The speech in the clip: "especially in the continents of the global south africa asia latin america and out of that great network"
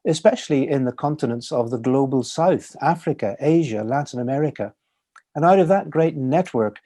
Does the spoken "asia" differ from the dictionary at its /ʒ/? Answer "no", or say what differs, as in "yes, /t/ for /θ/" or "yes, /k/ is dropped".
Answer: no